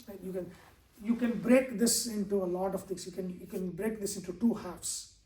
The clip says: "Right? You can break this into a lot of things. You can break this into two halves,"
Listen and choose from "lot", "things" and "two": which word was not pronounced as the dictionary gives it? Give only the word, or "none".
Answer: things